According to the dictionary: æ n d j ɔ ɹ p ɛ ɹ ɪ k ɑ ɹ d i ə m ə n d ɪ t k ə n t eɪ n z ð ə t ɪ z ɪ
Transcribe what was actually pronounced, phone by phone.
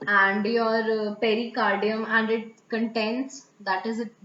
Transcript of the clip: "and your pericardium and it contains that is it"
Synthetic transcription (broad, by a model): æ n d j ɔ ɹ p ɛ ɹ ɪ k ɑ ɹ d i ə m ə n d ɪ t k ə n t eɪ n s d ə t ɪ z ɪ